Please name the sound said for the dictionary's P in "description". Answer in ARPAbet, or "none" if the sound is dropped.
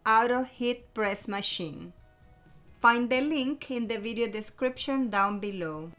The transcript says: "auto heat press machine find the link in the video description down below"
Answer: P